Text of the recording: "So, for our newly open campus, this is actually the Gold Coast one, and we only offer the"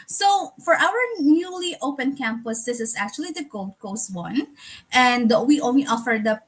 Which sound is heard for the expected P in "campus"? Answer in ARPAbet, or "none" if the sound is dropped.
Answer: P